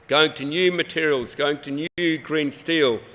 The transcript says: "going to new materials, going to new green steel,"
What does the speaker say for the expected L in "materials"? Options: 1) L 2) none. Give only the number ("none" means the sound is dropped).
1